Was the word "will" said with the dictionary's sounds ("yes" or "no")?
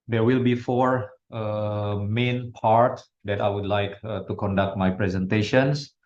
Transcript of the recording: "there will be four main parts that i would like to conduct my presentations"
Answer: yes